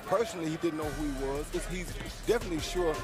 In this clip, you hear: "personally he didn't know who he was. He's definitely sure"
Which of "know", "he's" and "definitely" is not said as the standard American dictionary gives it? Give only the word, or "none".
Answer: none